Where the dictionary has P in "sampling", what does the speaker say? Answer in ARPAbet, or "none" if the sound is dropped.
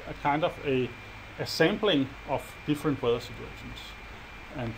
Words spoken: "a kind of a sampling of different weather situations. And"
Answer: B